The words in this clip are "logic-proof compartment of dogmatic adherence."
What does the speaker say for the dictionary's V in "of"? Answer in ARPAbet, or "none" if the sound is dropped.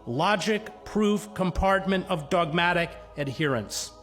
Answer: V